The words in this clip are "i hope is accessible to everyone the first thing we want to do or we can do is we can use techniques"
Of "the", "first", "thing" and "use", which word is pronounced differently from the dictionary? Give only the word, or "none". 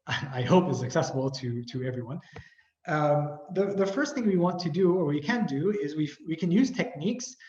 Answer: none